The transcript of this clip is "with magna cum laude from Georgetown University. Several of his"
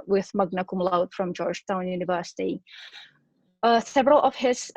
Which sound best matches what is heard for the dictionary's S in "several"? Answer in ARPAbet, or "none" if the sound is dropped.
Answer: TH